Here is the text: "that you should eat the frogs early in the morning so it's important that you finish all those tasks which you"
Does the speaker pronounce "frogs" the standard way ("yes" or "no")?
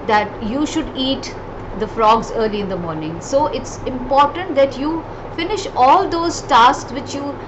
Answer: yes